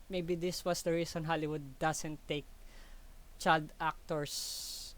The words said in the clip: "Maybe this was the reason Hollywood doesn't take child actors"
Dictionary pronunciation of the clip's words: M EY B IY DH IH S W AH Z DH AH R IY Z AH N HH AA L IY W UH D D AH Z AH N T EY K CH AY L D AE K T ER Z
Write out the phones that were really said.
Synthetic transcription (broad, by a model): M EY B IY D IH S W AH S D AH R IY S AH N HH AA L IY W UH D D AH S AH N T EY K CH AY L D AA K T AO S